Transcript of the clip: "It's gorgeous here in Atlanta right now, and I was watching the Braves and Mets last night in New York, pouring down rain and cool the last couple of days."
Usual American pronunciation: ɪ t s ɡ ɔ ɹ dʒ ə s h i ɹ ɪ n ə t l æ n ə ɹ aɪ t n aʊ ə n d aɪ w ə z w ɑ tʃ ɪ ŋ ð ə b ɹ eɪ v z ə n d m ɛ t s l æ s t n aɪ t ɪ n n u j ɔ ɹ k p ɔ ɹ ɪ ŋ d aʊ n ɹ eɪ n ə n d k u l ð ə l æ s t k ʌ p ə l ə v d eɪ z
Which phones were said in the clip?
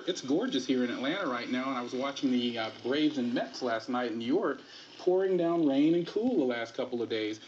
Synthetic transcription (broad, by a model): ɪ t s ɡ ɔ ɹ dʒ ə s h i ɹ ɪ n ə t l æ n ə ɹ aɪ t n aʊ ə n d aɪ w ə z w ɑ tʃ ɪ ŋ ð ə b ɹ eɪ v z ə n m ɛ t s l æ s t n aɪ t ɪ n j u j ɔ ɹ k p ɔ ɹ ɪ ŋ d aʊ n ɹ eɪ n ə n k u l ð ə l æ s t k ʌ p l ə v d eɪ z